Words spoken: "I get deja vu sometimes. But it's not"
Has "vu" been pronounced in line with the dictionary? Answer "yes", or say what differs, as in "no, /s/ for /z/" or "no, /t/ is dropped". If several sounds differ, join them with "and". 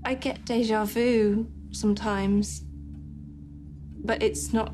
yes